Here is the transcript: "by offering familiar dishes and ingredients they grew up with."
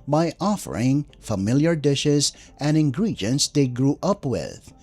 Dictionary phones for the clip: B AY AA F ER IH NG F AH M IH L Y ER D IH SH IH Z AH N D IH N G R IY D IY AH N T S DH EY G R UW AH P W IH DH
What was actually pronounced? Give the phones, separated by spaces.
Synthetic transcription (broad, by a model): B AY AA F ER IH NG F AH M IH L Y ER D IH SH IH Z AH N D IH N G R IY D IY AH N T S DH EY G R UW AH P W IH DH